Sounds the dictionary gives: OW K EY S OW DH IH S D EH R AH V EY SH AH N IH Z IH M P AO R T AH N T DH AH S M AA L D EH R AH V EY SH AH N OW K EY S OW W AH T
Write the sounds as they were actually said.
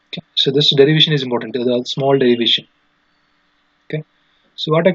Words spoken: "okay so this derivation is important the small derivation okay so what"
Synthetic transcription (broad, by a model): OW K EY S OW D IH S D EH R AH V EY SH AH N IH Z IH M P AO R T AH N T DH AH S M AA L D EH R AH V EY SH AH N OW K EY S OW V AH T